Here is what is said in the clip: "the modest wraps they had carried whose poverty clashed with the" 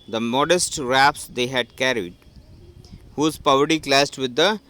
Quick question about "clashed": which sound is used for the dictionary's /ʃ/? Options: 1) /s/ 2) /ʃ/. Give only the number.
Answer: 1